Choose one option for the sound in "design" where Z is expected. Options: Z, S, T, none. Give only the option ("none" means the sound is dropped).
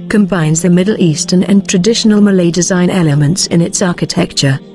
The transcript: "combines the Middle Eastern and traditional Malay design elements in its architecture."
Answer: Z